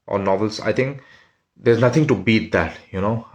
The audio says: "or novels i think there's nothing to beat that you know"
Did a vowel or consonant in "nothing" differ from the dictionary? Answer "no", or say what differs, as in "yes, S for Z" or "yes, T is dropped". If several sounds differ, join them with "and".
yes, T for TH